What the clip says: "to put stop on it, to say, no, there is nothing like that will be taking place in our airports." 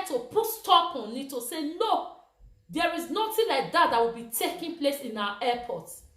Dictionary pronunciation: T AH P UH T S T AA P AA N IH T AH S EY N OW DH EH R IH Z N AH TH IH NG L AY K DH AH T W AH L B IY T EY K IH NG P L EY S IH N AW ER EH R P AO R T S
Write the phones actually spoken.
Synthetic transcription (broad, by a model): T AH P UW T S T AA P AA N IH T AH S EY N OW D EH R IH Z N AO T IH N L AY K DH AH T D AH W B IY T EY K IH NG P L EY S IH N AW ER EH P AO T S